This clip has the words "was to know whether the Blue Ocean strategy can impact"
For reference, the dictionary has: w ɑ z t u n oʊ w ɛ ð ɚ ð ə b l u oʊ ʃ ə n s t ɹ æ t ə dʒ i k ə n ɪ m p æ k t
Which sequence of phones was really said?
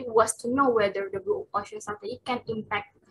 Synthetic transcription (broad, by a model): w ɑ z t u n oʊ w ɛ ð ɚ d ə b u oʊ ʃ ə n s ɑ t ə i k ə n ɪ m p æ k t